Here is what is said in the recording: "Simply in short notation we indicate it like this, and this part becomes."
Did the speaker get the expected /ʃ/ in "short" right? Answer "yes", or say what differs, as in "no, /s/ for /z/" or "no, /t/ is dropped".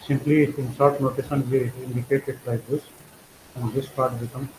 no, /s/ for /ʃ/